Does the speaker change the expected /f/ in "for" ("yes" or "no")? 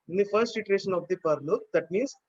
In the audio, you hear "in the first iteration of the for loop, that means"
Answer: yes